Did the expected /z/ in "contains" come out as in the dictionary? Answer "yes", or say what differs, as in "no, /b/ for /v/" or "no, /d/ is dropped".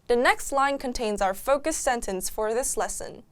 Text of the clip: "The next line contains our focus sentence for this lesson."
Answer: yes